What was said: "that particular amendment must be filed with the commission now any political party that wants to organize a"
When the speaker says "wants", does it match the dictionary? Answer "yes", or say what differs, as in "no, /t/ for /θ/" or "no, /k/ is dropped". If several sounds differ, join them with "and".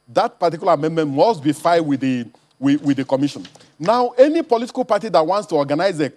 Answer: yes